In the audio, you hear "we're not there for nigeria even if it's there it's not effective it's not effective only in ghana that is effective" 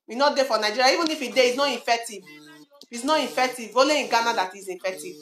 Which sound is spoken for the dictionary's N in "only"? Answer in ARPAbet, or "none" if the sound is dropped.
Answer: none